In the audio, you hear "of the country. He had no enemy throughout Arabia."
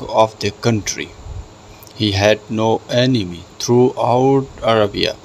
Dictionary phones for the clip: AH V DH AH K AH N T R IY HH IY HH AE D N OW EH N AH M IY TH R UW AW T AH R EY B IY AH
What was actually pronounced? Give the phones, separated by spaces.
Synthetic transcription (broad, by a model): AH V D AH K AH N T R IY HH IY HH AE D N OW EH N AH M IY T R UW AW T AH R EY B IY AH